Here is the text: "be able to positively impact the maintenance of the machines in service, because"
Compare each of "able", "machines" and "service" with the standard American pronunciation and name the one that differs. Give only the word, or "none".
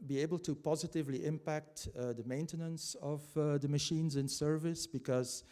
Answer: none